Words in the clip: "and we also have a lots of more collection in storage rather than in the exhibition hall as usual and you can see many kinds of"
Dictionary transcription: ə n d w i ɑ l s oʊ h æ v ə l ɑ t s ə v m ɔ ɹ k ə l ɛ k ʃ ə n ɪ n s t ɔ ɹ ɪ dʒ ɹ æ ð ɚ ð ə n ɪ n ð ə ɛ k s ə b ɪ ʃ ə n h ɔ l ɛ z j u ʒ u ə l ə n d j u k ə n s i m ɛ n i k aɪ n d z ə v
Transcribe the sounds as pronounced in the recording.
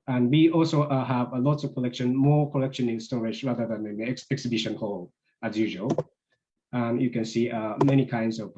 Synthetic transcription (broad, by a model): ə n d w i ɑ l s oʊ h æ v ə l ɑ t s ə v m ɔ ɹ k ə l ɛ k ʃ ə n ɪ n s t ɔ ɹ ɪ dʒ ɹ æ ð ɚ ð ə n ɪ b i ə ɛ k s ə b ɪ ʃ ə n h ɔ l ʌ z j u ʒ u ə l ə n j u k ə n s i m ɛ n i k aɪ n d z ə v